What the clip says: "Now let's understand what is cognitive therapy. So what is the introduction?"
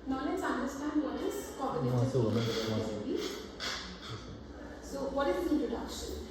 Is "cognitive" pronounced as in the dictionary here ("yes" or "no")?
no